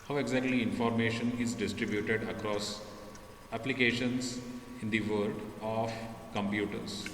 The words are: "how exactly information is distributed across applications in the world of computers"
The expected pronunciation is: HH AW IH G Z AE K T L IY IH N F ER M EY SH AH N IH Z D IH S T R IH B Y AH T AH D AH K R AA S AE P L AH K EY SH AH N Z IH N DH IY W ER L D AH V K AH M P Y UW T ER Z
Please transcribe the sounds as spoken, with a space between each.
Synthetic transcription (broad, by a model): HH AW IH G Z AE K T L IY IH N F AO M EY SH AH N IH Z D IH S T R IH B Y AH T AH D AH K R AA S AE P L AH K EY SH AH N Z IH N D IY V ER D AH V K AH M P Y UW T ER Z